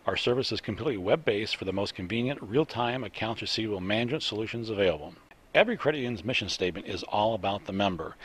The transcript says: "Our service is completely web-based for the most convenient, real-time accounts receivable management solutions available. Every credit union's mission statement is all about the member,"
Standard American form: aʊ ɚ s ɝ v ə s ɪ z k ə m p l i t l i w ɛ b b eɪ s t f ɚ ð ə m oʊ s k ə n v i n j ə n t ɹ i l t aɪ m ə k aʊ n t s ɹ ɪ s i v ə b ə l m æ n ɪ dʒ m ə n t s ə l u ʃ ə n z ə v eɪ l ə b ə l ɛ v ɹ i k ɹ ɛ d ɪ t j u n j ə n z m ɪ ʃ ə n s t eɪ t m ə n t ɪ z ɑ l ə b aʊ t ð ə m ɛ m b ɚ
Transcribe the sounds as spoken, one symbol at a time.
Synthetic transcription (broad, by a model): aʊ ɚ s ɝ v ə s ɪ z k m p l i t l i w ɛ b b eɪ s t f ɚ ð ə m oʊ s k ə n v i n j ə n t ɹ i l t aɪ m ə k aʊ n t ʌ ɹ s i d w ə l m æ n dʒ ə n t s ə l u ʃ ə n z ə v eɪ l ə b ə l ɛ v ɹ i k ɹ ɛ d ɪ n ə n z m ɪ ʃ ə n s t eɪ t m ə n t ɪ z ɑ l ə b aʊ t ð ə m ɛ m b ɚ